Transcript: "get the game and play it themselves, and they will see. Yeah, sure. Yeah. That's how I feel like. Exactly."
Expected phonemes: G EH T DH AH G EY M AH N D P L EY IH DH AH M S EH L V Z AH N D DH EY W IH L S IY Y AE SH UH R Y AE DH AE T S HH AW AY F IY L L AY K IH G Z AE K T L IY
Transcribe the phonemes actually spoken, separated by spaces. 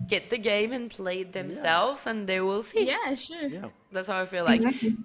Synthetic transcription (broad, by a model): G EH T DH AH G EY M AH N P L EY IH DH AH M S EH L V Z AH N DH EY W IH L S IY Y AE SH UH R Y DH AE T S HH AW AY F IY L L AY IH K